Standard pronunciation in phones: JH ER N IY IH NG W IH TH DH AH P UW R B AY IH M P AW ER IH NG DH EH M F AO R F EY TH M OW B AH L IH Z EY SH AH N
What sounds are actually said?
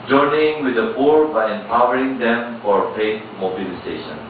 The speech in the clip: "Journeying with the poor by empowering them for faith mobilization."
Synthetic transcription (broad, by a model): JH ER N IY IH NG W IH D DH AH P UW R B AY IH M P AW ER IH NG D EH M F AO R P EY T M OW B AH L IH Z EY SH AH N